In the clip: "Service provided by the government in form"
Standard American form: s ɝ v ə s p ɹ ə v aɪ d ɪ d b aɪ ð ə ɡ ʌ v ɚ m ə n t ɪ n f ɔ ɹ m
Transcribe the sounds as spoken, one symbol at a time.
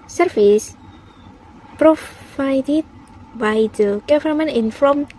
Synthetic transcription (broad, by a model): s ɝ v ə s p ɹ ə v aɪ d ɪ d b aɪ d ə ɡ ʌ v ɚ m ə n ɪ n f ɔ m